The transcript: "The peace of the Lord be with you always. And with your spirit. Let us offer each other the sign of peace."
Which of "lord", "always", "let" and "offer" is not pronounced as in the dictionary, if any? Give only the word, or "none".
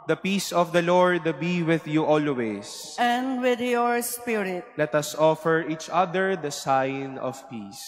always